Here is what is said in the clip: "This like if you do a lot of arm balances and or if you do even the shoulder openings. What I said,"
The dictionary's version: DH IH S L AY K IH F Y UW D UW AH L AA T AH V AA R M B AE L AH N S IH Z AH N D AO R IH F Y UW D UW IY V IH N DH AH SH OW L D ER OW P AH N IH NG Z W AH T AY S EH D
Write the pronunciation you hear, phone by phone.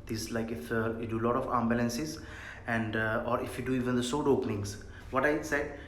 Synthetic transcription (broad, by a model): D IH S L AY K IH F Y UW D UW L AA T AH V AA M B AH L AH N S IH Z AH N D AO R IH F Y UW D UW IY V IH N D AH S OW D OW P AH N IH NG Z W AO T AY S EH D